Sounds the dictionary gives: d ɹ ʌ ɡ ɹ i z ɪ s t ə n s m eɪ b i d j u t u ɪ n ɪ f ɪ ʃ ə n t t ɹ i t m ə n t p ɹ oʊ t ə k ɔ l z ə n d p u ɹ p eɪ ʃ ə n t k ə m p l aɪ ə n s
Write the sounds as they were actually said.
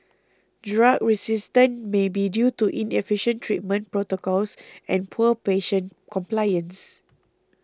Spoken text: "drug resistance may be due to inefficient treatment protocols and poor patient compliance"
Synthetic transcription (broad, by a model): d ɹ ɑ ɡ ɹ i s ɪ s t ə n m eɪ b i d j u t u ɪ n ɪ f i ʃ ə n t t ɹ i t m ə n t p ɹ oʊ t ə k ɔ l s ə n p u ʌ p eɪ ʃ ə n k ə m p l aɪ ə n s